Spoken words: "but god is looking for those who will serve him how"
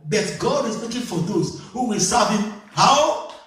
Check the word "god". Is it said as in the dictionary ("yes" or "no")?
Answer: yes